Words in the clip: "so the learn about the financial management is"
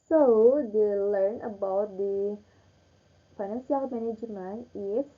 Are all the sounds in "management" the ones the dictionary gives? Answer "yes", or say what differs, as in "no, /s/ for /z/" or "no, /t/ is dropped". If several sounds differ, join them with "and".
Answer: no, /t/ is dropped